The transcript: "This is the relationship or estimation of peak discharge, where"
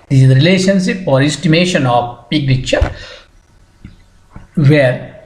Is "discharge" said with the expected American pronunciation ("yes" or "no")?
no